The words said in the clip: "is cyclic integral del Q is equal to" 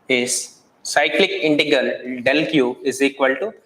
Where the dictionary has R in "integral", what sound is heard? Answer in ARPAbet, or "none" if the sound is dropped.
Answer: none